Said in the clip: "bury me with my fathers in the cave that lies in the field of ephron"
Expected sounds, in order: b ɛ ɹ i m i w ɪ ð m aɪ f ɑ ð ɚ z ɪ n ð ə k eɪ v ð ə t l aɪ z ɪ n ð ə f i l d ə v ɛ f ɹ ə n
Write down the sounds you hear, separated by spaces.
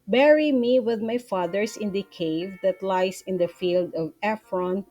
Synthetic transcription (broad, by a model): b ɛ ɹ i m i w ɪ ð m aɪ f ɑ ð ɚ s ɪ n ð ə k eɪ v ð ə t l aɪ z ɪ n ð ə f i l d ə v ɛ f ɹ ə n